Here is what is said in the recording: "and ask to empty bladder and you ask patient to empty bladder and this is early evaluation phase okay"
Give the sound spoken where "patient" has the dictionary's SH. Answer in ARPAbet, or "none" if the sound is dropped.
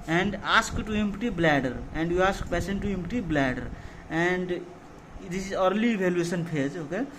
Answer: S